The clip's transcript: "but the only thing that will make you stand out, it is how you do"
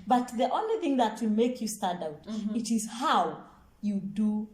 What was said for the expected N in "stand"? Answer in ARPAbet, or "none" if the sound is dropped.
none